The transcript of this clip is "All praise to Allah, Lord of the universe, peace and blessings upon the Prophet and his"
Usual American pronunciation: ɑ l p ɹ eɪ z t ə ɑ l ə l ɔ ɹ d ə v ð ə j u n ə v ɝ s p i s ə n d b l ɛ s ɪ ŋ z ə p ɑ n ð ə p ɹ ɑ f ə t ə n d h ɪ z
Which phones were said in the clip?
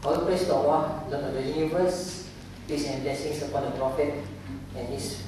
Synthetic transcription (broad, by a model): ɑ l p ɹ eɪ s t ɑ w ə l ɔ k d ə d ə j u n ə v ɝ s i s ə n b l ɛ s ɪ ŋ s ə p ɑ n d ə p ɹ ɑ f ə t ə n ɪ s